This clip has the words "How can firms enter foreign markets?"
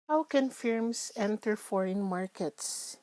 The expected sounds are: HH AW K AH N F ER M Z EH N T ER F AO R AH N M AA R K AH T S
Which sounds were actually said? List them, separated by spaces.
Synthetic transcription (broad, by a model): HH AW K AH N F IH M S EH N T ER F AO R AH N M AA R K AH T S